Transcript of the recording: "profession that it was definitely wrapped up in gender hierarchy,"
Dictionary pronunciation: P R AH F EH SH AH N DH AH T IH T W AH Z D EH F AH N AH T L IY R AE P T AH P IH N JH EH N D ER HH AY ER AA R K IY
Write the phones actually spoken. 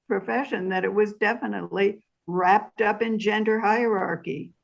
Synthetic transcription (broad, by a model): P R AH F EH SH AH N DH AH T IH T W AH Z D EH F AH N AH T L IY R AE P T AH P IH N JH EH N D ER HH AY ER AA R K IY